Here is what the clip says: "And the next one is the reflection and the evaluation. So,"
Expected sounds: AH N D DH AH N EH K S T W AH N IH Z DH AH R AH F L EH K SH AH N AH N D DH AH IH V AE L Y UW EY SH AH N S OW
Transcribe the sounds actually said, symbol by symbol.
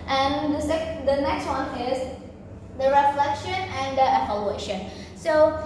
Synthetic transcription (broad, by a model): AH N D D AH N EH K S T W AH N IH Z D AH R AH F L EH K SH AH N AH N D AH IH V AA L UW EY SH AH N S OW